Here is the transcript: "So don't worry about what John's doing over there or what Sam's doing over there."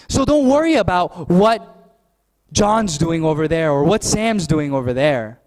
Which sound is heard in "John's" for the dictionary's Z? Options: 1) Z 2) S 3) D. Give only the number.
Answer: 1